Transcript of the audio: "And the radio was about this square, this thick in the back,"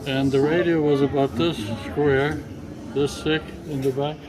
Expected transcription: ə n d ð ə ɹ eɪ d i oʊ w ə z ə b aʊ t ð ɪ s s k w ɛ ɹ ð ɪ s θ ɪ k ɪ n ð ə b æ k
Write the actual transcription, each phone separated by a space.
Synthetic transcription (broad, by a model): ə n ð ə ɹ eɪ d i oʊ w ə z ə b aʊ t ð ɪ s s k w ɛ ɹ ð ɪ s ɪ k ɪ n ð ə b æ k